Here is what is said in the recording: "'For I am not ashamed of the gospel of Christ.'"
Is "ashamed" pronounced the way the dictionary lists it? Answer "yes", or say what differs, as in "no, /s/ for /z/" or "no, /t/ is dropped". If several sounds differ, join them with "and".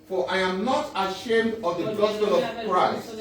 yes